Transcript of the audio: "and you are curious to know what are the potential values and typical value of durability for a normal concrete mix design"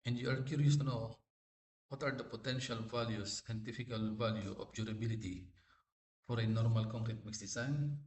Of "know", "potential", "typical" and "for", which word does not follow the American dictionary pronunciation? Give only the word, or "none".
typical